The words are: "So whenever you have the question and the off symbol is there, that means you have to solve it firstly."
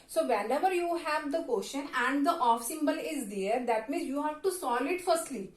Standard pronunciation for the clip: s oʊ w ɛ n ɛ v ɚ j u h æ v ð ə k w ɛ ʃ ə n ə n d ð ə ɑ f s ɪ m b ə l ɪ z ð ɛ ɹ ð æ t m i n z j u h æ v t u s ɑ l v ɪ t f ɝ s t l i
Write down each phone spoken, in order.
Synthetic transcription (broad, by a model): s oʊ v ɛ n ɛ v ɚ j u h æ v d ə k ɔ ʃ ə n ə n d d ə ɑ f s ɪ m b ə l ɪ z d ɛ ɹ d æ t m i n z j u h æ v t u s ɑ l ɪ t f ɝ s t l i